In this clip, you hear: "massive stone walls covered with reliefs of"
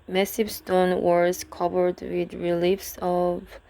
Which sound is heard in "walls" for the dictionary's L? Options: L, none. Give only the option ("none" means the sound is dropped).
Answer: none